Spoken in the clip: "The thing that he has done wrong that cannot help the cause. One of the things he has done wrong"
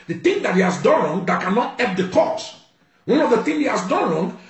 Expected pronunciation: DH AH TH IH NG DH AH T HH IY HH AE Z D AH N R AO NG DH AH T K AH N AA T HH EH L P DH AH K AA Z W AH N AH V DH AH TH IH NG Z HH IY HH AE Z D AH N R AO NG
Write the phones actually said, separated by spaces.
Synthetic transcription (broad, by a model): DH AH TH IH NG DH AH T HH IY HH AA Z D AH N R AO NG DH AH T K AH N AA T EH P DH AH K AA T W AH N AH V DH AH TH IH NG HH IY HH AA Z D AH N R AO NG